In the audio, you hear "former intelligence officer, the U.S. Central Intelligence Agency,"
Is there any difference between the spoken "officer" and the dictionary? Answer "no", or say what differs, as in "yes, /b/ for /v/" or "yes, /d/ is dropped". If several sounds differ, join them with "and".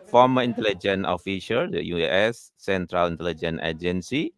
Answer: yes, /ʃ/ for /s/